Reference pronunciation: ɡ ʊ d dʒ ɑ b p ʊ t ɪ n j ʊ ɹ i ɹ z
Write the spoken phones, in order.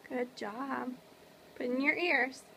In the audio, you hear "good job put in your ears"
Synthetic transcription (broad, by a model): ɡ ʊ d dʒ ɑ b b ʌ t ɪ n j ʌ ɹ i ɹ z